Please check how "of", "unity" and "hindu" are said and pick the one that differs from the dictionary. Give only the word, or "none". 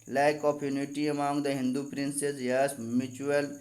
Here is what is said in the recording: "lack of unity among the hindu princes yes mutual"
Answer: of